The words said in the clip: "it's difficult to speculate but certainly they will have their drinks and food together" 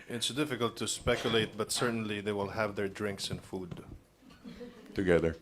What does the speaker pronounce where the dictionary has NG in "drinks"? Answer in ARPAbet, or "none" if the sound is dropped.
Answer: NG